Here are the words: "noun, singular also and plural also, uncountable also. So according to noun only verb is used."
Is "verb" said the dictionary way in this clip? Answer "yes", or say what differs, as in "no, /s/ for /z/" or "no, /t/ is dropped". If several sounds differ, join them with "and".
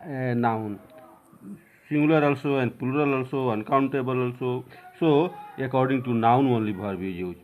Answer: no, /b/ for /v/